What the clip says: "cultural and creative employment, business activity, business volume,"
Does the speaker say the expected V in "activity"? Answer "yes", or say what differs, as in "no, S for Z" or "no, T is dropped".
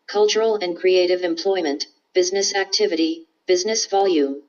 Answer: yes